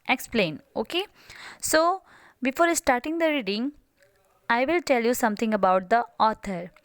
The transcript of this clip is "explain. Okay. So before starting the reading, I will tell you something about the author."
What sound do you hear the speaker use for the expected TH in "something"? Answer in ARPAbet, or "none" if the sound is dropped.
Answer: T